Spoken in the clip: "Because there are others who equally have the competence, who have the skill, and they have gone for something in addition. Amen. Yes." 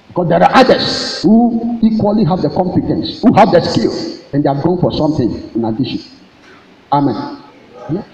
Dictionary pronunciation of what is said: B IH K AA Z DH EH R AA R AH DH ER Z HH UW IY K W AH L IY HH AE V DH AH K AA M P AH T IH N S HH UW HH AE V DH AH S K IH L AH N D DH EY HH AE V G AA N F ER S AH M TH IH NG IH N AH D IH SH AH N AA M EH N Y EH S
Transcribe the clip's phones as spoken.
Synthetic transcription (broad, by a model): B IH K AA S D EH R AA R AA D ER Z HH UW IY K W AH L IY HH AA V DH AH K AA M P AH T IH N S HH UW HH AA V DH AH S K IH L AH N D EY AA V G AA N F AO S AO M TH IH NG IH N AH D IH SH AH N AA M EH N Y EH